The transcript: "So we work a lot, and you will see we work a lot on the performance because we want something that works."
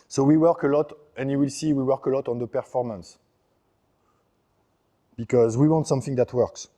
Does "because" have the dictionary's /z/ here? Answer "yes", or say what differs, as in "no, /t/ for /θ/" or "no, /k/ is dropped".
yes